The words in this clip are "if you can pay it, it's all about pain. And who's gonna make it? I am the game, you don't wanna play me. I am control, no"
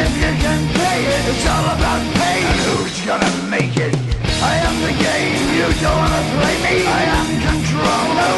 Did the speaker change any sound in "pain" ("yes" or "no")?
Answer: yes